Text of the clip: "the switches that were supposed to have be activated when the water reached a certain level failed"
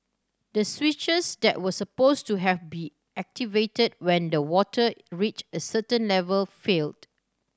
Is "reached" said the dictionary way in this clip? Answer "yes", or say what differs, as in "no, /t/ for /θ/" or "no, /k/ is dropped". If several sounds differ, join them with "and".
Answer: no, /t/ is dropped